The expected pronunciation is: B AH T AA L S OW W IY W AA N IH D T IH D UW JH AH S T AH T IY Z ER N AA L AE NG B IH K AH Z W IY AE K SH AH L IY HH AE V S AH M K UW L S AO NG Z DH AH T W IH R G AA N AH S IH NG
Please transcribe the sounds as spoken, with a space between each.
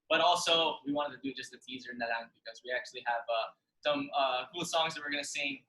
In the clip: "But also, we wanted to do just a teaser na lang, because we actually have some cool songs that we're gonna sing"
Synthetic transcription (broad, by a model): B AH T AA L S OW W IY W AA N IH T IH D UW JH AH S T AH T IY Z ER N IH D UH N B IH K AH Z W IY AE K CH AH L IY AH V S AH M K UW L S AO NG Z DH AH T W IH R G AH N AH S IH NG